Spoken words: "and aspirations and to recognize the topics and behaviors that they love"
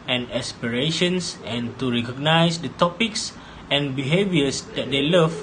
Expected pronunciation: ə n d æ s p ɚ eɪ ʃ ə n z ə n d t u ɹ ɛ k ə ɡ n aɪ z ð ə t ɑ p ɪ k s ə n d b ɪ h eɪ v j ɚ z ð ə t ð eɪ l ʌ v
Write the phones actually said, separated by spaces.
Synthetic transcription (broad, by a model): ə n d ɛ s p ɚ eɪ ʃ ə n s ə n t u ɹ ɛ k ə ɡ n aɪ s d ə t ɑ p ɪ k s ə n b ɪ h eɪ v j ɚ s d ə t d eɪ l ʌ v